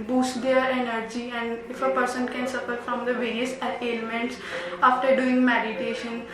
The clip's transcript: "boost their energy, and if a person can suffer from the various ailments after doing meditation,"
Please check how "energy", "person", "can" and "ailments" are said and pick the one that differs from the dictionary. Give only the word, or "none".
ailments